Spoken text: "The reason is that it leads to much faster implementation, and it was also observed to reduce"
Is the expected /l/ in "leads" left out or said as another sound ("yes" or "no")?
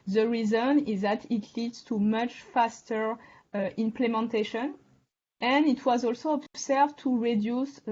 no